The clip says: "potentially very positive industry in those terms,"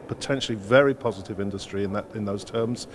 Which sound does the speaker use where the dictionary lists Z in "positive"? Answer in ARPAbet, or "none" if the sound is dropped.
Z